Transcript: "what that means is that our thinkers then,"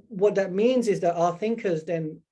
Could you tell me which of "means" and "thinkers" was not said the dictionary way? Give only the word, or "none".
none